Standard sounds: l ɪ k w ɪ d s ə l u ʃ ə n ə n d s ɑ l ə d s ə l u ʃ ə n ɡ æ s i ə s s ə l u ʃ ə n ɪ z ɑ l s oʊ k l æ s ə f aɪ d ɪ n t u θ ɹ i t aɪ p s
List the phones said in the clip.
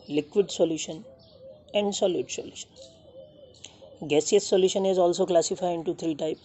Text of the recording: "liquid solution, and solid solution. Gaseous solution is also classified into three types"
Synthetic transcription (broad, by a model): l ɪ k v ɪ d s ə l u ʃ ə n ə n d s ɑ l ə d s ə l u ʃ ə n ɡ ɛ s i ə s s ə l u ʃ ə n ɪ z ɑ l s oʊ k l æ s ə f aɪ ɪ n t u t ɹ i t aɪ p